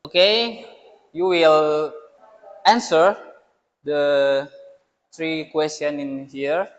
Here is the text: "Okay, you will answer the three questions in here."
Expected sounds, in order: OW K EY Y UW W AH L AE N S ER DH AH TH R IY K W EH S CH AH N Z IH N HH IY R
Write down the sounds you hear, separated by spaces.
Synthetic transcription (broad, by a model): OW K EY Y UW W AH L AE N S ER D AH T R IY K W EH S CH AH N IH N HH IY R